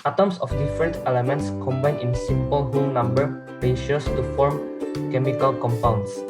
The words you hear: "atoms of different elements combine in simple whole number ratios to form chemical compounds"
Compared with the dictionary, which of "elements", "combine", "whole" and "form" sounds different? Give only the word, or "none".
whole